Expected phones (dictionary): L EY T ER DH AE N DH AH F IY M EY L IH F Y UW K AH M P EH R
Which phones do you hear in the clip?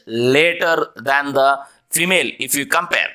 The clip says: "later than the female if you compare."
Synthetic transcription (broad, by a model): L EY T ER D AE N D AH F IY M EY L IH F Y UW K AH M P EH R